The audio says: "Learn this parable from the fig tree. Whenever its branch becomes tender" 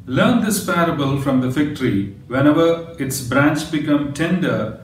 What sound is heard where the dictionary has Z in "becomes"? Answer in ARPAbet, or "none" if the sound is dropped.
none